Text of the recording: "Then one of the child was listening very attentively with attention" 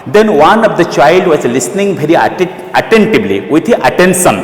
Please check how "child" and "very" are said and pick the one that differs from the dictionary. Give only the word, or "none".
very